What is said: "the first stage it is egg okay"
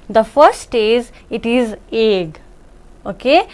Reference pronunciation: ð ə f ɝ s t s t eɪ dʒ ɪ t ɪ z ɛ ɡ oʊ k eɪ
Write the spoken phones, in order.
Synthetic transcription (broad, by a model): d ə f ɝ t s t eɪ z ɪ t ɪ z ɛ ɡ oʊ k eɪ